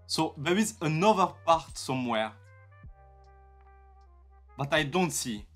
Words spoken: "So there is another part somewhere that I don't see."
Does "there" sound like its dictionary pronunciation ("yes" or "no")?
no